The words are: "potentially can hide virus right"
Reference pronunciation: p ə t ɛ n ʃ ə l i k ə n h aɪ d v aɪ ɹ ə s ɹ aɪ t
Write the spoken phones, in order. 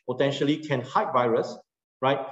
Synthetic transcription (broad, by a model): p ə t ɛ n ʃ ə l i k ə n h aɪ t v aɪ ɹ ə s ɹ aɪ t